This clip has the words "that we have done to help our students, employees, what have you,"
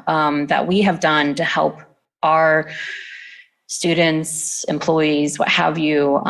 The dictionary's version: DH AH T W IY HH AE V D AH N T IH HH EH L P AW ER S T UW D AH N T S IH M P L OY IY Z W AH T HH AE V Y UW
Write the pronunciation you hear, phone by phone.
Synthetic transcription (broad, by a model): DH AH T W IY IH V D AH N T IH HH EH L P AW ER S T UW D N T S IH M P L OY IY Z W AH T HH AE V Y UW